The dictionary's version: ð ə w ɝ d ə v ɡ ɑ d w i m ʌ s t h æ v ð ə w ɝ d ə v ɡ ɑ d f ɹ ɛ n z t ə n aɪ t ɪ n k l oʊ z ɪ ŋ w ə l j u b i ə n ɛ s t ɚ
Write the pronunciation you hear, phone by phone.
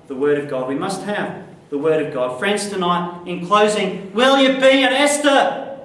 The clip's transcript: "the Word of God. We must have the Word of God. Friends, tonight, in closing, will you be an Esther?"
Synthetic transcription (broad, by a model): ð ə w ɝ d ə v ɡ ɑ d w i m ʌ s t h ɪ v ð ə w ɝ d ə v ɡ ɑ d f ɹ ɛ n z t ə n aɪ t ɪ n k l oʊ z ɪ ŋ w ə l j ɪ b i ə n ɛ s t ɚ